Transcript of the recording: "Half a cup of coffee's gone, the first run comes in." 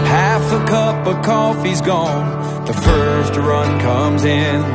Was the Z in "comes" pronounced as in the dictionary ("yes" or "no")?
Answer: yes